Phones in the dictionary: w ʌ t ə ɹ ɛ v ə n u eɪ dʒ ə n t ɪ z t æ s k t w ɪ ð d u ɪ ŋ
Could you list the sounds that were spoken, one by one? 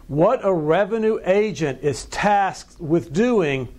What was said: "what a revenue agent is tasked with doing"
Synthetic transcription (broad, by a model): w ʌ t ə ɹ ɛ v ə n u eɪ dʒ ə n t ɪ z t æ s k t w ɪ ð d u ɪ ŋ